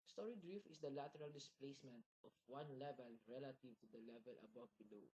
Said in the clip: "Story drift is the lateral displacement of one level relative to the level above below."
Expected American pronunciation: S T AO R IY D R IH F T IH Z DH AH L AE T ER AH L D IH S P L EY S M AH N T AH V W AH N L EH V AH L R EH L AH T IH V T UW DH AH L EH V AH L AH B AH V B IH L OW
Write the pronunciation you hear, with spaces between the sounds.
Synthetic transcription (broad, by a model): S T AO R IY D R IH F IH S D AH L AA T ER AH L D IH S P L EY S M AH N T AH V W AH N L EH V AH L R EH L AH T IH V T UW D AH L EH V AH L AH B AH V B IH L OW